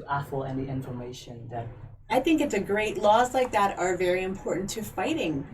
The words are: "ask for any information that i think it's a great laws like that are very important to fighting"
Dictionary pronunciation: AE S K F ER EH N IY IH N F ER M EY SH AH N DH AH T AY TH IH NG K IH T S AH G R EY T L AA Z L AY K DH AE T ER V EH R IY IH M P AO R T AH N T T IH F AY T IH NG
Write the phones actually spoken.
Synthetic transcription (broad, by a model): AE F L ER N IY IH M F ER M EY SH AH N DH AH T AY TH IH NG K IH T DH AH G R EY T L AA Z L AY K DH AE T ER V EH R IY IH M P AO R T N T T IH F AY T IH NG